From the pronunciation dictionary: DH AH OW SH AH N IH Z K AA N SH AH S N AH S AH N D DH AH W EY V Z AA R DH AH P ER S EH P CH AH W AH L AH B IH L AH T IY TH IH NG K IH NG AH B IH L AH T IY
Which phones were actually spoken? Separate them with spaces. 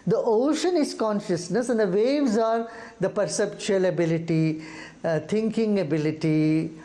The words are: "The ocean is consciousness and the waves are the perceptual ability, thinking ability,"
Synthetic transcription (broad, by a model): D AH OW SH AH N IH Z K AA N SH AH S N AH S AH N D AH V EY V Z AA R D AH P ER S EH P CH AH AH L AH B IH L AH T IY T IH NG K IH NG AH B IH L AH T IY